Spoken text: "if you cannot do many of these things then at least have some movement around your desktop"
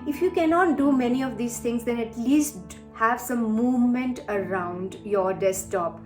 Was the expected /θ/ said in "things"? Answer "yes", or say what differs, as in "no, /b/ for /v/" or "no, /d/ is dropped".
no, /t/ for /θ/